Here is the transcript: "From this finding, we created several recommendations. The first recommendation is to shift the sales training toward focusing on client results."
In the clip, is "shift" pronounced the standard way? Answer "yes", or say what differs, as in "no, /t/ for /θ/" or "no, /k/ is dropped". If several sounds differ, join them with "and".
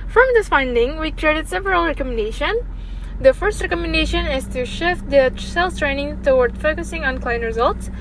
yes